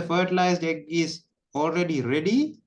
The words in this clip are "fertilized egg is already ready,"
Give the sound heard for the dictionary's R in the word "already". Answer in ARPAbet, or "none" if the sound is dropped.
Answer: R